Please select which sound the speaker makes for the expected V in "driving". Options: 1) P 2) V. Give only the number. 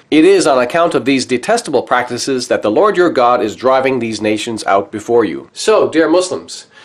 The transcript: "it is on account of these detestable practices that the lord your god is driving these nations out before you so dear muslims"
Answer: 2